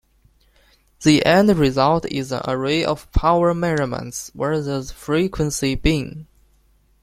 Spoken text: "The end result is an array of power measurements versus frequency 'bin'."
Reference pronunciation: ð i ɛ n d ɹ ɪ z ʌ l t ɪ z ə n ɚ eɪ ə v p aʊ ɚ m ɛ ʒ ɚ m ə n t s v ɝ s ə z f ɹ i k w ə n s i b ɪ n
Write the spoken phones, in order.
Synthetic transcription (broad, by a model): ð i ɛ n d ɹ ɪ z ʌ l t ɪ z ə n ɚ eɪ ə v p aʊ ɚ m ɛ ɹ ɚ m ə n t s w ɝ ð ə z f ɹ i k w ə n s i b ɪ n